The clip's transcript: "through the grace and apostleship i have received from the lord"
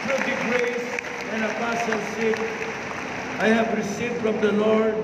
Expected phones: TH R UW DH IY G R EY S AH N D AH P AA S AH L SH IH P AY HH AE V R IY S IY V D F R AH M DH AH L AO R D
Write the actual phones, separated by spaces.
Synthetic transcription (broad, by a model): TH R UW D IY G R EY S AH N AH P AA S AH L S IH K AY HH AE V R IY S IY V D F R AH M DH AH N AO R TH